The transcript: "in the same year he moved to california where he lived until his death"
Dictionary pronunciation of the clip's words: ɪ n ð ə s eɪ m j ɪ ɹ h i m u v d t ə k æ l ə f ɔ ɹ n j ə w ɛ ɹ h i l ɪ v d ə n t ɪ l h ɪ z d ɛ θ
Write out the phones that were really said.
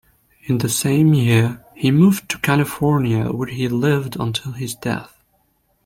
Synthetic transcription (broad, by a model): ɪ n ð ə s eɪ m j ɪ ɹ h i m u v t ə k æ l ə f ɔ ɹ n j ə w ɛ ɹ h i l ɪ v d ə n t ɪ l ɪ z d ɛ θ